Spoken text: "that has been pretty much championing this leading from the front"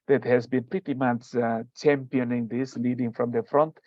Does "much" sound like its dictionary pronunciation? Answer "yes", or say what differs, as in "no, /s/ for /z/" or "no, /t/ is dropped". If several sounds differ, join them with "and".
no, /s/ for /tʃ/